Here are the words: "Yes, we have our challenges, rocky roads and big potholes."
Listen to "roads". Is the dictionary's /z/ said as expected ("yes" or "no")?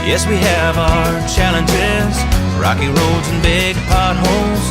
yes